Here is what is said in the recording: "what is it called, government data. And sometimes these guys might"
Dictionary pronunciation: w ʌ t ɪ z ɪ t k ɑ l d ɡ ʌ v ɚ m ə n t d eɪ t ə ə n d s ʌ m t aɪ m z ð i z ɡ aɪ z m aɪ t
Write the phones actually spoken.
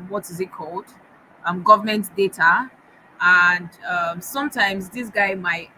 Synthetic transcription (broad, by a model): w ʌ t ɪ z ɪ t k ɑ l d ɡ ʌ v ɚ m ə n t d eɪ t ə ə n d s ʌ m t aɪ m z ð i s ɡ aɪ m aɪ t